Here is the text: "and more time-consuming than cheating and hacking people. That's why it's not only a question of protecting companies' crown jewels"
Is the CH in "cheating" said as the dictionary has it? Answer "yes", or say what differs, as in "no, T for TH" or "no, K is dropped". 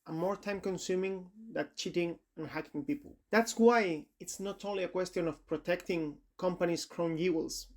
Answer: yes